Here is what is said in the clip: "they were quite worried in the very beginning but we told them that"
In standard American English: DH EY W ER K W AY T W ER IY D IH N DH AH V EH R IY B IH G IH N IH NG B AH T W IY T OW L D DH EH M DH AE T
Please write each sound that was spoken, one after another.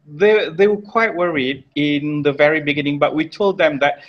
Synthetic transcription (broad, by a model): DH EY W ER K W AY T W ER IY D IH N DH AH V EH R IY B IH G IH N IH NG B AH T W IY T OW L D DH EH M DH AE T